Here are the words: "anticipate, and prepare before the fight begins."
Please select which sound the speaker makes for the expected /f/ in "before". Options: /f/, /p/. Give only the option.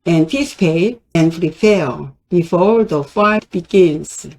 /f/